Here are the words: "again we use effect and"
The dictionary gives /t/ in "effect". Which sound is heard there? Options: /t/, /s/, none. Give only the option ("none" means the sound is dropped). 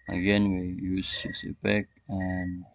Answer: none